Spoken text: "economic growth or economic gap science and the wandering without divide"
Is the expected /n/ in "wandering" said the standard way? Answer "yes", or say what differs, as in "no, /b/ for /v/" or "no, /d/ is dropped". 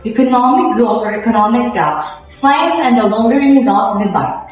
no, /l/ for /n/